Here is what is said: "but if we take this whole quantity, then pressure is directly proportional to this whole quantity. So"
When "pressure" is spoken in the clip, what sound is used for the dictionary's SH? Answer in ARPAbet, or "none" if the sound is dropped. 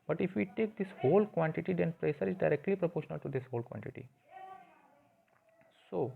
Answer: S